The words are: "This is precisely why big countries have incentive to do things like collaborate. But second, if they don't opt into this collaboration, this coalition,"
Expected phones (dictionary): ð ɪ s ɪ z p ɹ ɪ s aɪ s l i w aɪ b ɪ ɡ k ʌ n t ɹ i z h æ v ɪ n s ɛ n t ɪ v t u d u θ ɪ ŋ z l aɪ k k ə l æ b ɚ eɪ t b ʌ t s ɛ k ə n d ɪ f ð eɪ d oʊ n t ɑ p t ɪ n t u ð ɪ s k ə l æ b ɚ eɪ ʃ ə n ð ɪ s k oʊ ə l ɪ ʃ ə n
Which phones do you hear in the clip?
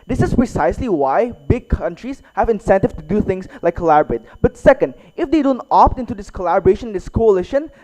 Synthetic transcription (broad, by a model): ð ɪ s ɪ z p ɹ ɪ s aɪ s l i w aɪ b ɪ ɡ k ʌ n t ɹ i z h æ v ɪ n s ɛ n t ɪ v t u d u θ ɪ ŋ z l aɪ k k ə l æ b ɚ eɪ t b ʌ t s ɛ k ə n d ɪ f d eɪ d oʊ n t ɑ p t ɪ n t u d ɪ s k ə l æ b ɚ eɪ ʃ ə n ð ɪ s k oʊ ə l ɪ ʃ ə n